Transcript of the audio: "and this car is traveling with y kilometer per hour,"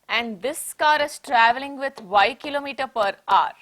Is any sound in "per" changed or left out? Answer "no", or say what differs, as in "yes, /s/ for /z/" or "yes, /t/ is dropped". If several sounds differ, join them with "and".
no